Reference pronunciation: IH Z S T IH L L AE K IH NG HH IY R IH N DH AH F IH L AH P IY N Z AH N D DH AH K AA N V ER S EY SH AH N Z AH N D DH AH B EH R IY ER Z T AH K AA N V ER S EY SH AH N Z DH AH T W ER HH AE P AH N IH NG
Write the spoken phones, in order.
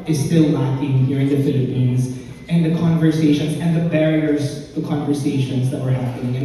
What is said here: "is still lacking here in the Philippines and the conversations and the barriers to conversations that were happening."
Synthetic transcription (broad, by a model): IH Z S T IH L N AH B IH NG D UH R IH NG DH AH F IH L AH P IY N Z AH N DH AH K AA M V ER S EY SH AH N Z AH N DH AH B EH R IY ER Z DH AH K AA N V ER S EY SH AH N Z DH AH T W ER HH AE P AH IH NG